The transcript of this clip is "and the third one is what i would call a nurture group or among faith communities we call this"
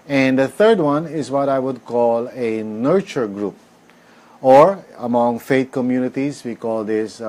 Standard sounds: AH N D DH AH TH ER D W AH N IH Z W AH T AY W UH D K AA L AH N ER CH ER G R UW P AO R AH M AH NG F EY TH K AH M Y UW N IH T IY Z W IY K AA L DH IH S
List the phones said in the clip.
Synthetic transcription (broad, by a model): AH N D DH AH TH ER D W AH N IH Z W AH T AY W UH D K AA L AH N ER CH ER G R UW P AO R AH M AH NG F EY T K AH M Y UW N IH T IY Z W IY K AA L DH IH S